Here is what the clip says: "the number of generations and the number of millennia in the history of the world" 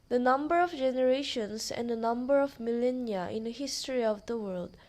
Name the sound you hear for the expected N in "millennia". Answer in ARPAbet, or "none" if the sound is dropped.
N